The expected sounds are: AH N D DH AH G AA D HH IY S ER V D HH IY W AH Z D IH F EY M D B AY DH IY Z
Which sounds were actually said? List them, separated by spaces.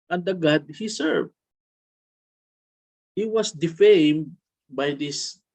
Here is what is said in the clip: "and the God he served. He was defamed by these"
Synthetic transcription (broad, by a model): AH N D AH G AA D HH IY S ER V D HH IY W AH S D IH F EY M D B AY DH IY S